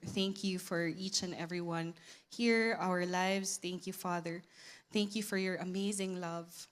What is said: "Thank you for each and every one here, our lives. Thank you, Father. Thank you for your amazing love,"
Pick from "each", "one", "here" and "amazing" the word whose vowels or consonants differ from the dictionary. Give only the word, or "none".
none